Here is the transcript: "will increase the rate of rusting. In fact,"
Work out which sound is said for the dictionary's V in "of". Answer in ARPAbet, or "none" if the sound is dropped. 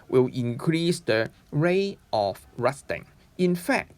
F